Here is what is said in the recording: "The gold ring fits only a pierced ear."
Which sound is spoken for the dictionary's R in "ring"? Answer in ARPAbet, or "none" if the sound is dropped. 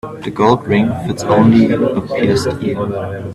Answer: R